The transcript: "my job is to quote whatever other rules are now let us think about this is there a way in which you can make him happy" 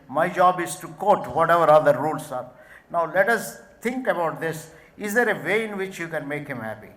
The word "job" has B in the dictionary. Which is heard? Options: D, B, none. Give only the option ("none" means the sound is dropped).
B